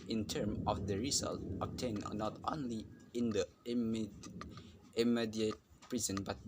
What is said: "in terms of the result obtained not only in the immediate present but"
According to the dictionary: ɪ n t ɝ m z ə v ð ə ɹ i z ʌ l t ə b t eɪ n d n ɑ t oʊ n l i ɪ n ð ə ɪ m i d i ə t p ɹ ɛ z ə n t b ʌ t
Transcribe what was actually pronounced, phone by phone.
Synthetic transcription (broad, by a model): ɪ n t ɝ m ə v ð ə ɹ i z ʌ l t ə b t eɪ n n ɑ t oʊ n l i ɪ n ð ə ɪ m i d i ə t p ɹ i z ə n b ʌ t